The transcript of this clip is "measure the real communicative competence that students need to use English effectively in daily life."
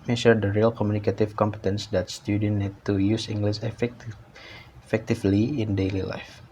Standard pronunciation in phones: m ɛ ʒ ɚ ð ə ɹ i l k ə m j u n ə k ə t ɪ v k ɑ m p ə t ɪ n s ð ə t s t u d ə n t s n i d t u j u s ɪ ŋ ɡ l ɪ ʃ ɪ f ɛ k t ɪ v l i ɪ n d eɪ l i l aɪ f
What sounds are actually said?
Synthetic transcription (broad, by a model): m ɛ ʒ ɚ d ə ɹ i l k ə m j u n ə k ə t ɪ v k ɑ m p ə t ɪ n s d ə t s t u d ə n n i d t u j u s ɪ ŋ ɡ l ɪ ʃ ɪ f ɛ k t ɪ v l i ɪ n d eɪ l i l aɪ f